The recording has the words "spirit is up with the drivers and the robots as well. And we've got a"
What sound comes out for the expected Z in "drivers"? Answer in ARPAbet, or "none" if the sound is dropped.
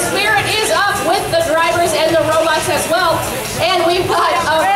Z